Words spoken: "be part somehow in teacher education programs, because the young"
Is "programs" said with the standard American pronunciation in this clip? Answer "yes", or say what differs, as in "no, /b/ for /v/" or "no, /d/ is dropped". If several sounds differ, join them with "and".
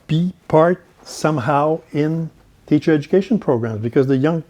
yes